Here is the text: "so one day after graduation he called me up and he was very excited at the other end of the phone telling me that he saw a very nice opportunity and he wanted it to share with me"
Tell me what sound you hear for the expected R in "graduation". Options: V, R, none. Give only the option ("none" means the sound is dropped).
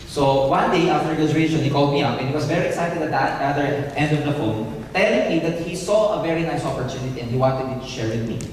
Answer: none